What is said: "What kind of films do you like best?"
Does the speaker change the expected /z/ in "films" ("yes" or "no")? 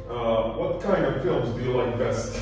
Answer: no